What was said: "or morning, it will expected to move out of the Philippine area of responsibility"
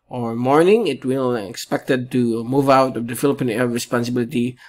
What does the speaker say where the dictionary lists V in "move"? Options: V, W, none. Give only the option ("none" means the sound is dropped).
V